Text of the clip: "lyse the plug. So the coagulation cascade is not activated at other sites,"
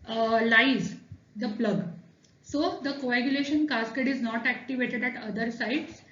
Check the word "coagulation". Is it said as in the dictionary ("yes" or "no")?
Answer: yes